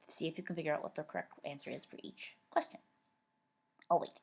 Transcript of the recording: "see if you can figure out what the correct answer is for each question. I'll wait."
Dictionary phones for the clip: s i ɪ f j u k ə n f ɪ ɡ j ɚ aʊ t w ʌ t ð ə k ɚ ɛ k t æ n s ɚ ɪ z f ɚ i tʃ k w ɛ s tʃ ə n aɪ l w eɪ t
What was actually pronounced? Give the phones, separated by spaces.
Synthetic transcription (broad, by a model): s i ɪ f j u k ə n f ɪ ɡ j ɚ aʊ t w ʌ t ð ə k ɚ ɛ k t æ n s ɚ ɪ z f ɚ i tʃ k w ɛ s tʃ ə n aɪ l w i